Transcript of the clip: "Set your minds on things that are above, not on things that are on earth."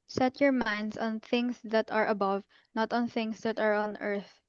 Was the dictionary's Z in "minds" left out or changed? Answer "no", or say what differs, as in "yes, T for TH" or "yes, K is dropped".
yes, S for Z